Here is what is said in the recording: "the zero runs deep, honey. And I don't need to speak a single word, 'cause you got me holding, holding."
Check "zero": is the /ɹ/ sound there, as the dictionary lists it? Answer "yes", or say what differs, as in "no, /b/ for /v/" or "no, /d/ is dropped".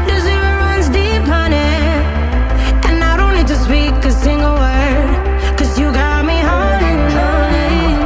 no, /ɹ/ is dropped